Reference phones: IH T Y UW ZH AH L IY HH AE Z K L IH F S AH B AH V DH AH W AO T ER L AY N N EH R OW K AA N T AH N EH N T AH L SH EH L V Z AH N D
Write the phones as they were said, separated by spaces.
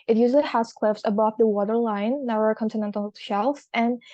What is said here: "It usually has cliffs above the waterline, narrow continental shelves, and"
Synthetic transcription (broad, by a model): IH T Y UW Z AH HH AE S K L IH F S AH B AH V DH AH W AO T ER L AY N N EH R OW K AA N T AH N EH N T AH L SH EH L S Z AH N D